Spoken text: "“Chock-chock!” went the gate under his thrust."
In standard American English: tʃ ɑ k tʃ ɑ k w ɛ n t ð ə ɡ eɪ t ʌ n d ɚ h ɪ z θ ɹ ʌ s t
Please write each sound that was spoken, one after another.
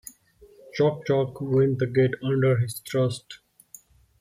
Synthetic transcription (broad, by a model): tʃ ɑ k tʃ ɑ k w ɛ n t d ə ɡ eɪ t ʌ n d ɚ h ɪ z t ɹ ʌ s t